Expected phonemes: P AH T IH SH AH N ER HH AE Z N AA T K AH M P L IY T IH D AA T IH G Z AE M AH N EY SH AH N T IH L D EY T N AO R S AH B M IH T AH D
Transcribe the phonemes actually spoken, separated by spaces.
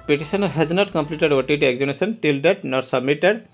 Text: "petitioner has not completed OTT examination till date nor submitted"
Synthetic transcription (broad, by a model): P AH T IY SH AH N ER HH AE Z N AA T K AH M P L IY T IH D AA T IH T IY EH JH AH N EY S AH N T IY L D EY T N AO R S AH B M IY T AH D